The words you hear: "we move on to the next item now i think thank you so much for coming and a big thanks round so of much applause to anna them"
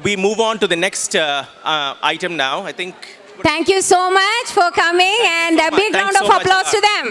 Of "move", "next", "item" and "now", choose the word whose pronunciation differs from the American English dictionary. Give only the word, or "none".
none